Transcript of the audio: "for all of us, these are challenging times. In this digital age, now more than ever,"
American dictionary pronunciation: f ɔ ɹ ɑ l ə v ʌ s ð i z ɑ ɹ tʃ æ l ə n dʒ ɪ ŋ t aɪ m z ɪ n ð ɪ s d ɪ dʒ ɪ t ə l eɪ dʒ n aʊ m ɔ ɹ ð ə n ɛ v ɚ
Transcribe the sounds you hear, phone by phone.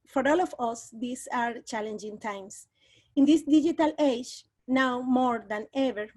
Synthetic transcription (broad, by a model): f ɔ ɹ ɑ l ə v ʌ s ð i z ɑ ɹ tʃ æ l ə n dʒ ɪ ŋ t aɪ m s ɪ n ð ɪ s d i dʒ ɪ t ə l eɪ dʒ n aʊ m ɔ ɹ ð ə n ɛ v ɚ